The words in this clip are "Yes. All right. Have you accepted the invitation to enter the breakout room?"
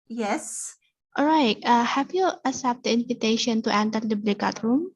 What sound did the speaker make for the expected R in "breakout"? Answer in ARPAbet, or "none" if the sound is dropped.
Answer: L